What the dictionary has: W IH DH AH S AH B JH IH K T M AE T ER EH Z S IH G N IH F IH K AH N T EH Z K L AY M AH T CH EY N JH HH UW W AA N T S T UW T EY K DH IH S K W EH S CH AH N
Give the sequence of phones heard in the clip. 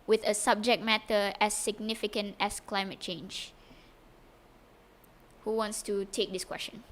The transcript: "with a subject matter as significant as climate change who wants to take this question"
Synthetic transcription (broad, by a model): W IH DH AH S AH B JH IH K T M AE T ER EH S IH G N IH F IH K AH N T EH S K L AY M AH T CH EY N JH HH UW W AA N T S T UW T EY K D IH S K W EH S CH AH N